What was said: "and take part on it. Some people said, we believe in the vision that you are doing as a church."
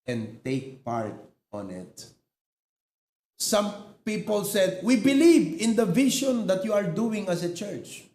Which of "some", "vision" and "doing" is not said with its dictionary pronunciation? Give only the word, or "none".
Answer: vision